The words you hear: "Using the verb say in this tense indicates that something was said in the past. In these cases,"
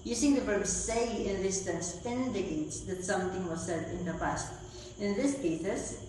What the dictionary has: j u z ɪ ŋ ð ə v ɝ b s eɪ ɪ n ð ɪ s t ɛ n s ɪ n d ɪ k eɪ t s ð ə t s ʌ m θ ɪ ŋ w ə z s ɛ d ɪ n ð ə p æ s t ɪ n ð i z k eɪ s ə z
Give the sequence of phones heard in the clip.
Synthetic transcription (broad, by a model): j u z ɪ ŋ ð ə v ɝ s s eɪ ɪ n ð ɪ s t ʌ n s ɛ n d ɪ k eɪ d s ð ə t s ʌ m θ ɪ ŋ w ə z s ɛ d ɪ n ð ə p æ s t ɪ n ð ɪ s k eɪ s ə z